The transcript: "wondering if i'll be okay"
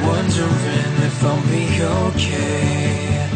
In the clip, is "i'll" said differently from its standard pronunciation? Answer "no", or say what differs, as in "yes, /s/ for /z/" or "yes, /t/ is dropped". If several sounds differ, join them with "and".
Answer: yes, /n/ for /l/